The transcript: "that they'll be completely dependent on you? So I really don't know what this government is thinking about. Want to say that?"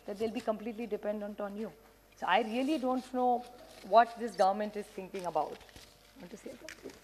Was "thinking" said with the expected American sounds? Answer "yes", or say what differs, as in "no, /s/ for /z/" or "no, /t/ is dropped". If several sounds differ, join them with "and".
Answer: no, /t/ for /θ/